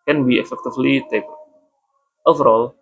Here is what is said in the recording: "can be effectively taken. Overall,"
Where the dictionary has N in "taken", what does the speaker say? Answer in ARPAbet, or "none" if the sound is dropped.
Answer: none